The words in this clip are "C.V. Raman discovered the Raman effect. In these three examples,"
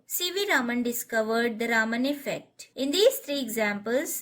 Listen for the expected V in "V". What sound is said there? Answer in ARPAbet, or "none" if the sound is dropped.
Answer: V